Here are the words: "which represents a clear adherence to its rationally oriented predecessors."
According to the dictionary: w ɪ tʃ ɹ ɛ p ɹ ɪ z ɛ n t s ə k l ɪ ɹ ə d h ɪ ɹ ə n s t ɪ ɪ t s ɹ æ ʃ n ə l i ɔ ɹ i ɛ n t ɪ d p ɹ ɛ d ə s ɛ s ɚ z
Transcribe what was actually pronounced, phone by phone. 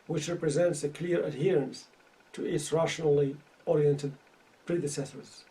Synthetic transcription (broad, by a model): w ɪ tʃ ɹ ɛ p ɹ ɪ z ɛ n t s ə k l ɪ ɹ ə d h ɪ ɹ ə n s t ɪ ɪ t s ɹ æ ʃ n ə l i ɔ ɹ i ɛ n t ɪ d p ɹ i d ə s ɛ s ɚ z